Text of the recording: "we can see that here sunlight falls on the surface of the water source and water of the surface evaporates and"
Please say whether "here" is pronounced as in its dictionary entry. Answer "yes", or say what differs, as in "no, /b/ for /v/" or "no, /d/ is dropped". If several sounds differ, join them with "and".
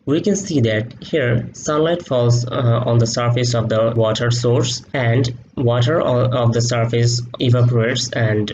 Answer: yes